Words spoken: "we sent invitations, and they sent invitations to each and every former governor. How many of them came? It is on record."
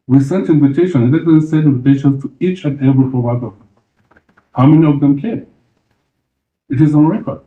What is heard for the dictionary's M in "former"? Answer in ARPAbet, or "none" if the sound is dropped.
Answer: none